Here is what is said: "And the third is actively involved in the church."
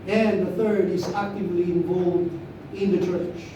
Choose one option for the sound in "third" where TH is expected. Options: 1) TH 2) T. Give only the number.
1